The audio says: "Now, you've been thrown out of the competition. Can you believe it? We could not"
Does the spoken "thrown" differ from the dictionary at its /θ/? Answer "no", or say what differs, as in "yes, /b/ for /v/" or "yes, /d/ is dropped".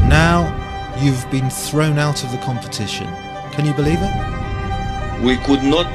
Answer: no